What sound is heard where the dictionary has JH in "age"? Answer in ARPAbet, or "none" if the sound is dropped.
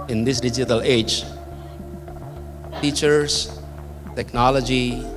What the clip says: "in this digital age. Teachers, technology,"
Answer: JH